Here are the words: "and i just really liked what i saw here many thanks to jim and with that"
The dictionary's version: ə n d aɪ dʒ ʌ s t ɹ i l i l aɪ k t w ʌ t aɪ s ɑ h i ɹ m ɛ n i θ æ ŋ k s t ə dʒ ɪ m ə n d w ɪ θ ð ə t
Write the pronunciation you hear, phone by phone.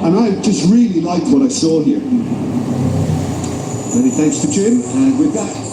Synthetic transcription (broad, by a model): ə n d aɪ dʒ ʌ s t ɹ i l i l aɪ k t w ʌ t aɪ s ɑ h i ɹ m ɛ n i θ æ ŋ k s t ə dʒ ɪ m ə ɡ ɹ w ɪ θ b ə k